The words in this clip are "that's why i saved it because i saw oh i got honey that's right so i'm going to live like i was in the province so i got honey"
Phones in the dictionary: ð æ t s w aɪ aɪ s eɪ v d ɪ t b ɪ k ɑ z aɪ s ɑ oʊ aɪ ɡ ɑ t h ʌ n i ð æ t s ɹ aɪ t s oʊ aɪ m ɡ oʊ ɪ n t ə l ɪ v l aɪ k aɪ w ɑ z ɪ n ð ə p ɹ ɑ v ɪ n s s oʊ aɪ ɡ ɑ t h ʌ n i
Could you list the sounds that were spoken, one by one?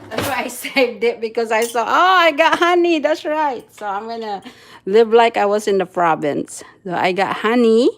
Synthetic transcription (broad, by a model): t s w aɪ aɪ s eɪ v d ɪ t b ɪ k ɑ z aɪ s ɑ oʊ aɪ ɡ ɑ t h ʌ n i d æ t s ɹ aɪ t s oʊ aɪ m ɡ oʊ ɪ n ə l ɪ v l aɪ k aɪ w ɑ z ɪ n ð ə f ɹ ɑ b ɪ n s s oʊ aɪ ɡ ɑ t h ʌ n i